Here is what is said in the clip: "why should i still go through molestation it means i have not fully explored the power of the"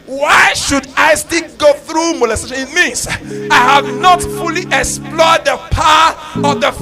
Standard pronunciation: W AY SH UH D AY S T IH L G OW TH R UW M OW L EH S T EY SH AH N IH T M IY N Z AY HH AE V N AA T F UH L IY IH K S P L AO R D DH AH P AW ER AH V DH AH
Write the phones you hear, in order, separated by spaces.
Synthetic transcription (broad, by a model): W AY SH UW D AY S T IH L G OW TH R UW M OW L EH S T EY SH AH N IH T M IY N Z AY HH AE V N AA T F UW L IY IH K S P L AO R D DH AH P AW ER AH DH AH